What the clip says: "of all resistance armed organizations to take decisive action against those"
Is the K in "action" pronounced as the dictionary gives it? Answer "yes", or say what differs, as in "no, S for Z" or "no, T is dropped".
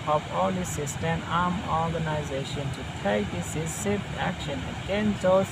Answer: yes